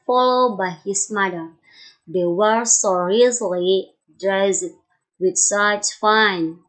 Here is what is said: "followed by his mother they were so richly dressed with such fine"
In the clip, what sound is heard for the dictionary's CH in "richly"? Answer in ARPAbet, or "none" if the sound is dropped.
S